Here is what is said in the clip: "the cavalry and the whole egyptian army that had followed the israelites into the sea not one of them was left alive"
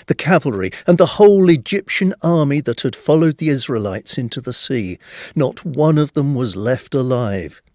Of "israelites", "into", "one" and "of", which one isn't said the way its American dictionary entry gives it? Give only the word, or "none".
none